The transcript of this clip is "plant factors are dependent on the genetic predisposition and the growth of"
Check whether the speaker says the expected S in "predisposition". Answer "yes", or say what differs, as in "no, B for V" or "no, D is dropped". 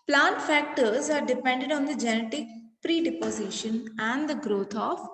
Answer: no, S is dropped